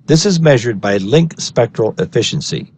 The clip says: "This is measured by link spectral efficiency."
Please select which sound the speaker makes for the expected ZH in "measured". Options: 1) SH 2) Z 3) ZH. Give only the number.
3